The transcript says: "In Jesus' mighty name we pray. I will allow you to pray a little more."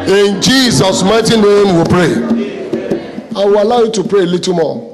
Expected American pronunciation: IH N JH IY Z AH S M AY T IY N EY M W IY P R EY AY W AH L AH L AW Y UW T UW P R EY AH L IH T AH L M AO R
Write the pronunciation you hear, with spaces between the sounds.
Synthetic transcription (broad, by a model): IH N JH IY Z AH S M AY T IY N EY M W IY P R EY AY W AH L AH UH Y UW T UW P R EY L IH T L M AO